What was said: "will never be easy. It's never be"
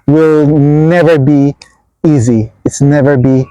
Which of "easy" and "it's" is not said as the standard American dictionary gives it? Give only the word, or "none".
none